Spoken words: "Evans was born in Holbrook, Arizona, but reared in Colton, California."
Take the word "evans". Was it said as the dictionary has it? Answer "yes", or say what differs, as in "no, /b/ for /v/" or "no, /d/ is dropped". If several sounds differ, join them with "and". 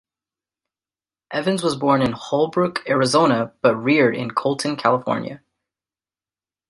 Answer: yes